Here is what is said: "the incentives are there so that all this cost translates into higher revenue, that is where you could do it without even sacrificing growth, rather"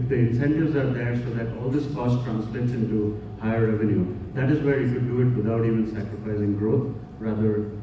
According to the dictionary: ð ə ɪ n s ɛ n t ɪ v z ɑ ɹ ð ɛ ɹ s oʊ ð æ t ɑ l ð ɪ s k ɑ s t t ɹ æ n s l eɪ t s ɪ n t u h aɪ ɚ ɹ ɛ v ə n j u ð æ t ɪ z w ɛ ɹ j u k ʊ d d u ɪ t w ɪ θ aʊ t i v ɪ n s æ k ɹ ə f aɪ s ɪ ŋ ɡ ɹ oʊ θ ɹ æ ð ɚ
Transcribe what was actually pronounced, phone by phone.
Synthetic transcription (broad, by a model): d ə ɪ n s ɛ n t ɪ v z ɑ ɹ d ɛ ɹ s oʊ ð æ t ɑ l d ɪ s k ɑ s t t ɹ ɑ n s l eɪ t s ɪ n t u h aɪ ɚ ɹ ɛ v ə n j u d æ t ɪ z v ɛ ɹ j u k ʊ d d u ɪ t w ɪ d aʊ t i v ɪ n s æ k ɹ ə f aɪ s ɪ ŋ ɡ ɹ oʊ t ɹ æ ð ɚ